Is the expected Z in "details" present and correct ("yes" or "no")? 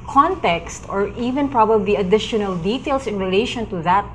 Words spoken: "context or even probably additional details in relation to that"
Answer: no